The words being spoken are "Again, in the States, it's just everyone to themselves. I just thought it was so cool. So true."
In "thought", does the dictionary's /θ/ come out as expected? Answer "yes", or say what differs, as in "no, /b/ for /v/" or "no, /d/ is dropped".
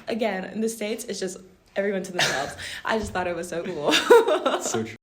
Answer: yes